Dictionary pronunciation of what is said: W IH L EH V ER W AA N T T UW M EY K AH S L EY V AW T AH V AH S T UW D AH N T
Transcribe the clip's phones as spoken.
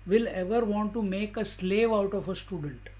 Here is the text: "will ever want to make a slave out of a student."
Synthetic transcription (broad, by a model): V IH L EH V ER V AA N T T UW M EY K AH S L EY V AW T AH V AH S T UW D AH N T